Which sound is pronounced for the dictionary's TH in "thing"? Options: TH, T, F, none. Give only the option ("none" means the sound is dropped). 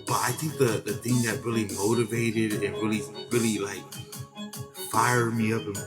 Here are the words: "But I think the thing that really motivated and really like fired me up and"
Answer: TH